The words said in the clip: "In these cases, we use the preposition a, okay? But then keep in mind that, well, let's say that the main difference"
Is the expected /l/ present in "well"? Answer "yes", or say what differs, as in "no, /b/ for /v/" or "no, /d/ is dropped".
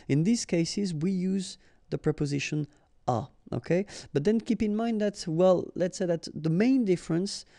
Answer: yes